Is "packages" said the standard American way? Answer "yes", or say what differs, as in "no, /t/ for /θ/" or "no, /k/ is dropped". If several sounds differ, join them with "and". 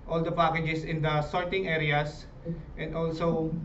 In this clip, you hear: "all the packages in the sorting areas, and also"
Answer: no, /s/ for /z/